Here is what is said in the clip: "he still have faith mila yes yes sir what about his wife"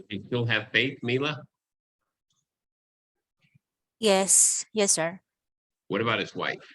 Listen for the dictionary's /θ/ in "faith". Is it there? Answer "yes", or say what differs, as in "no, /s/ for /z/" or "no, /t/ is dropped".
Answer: yes